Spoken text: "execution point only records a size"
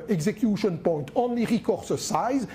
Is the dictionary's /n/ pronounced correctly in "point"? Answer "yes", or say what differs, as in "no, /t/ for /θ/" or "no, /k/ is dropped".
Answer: yes